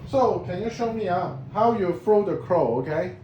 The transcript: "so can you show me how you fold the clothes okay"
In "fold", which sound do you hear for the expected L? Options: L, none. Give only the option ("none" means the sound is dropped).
none